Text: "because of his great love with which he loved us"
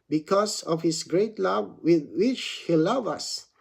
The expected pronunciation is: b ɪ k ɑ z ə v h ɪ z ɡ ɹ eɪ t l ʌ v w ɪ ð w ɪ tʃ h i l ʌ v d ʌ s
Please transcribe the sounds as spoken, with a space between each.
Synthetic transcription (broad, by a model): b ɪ k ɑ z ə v h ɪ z ɡ ɹ eɪ t l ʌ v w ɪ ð w ɪ tʃ h i l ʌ v ʌ s